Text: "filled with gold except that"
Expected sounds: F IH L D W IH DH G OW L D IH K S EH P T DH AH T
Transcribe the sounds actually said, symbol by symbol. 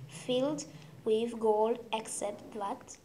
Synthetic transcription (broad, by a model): F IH L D W IH DH G OW L D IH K S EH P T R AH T